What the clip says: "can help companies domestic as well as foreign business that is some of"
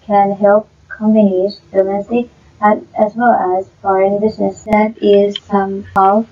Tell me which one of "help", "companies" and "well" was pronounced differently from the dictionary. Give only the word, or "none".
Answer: companies